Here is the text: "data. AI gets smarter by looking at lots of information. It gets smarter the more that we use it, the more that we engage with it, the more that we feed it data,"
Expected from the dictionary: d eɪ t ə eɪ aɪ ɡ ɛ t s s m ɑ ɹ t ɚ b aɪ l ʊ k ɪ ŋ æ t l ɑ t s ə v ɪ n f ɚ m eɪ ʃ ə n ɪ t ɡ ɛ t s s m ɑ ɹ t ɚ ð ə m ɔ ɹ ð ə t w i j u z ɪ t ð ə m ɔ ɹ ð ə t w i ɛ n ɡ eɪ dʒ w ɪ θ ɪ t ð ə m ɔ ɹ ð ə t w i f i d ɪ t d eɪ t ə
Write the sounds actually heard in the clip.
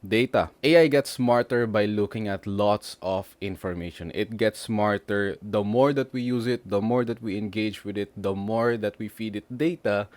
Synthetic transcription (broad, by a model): d eɪ t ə eɪ aɪ ɡ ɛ t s s m ɑ ɹ t ɚ b aɪ l ʊ k ɪ ŋ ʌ t l ɑ t s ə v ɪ n f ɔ m eɪ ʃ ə n ɪ t ɡ ɛ t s s m ɑ ɹ t ɚ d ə m ɔ ɹ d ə t w i j u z ɪ t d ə m ɔ ɹ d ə t w i ɛ n ɡ eɪ dʒ w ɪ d ɪ t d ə m ɔ ɹ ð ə t w i f i d ɪ t d eɪ t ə